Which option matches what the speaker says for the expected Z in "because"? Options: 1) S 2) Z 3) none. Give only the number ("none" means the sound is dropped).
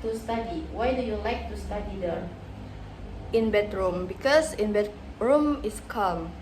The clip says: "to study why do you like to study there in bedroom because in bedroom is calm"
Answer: 1